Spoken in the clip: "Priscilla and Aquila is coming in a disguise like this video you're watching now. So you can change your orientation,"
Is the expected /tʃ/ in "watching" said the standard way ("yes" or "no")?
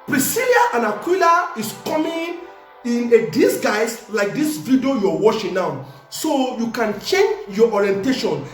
no